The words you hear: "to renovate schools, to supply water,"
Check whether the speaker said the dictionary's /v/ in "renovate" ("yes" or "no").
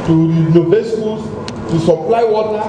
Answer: no